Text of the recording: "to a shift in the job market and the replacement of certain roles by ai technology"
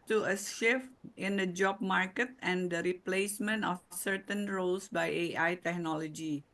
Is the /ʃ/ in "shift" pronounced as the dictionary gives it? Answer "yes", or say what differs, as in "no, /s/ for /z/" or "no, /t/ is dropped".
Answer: no, /s/ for /ʃ/